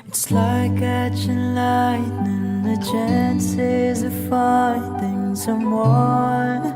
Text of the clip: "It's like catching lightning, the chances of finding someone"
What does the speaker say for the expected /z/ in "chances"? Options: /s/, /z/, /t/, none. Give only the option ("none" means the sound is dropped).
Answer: /z/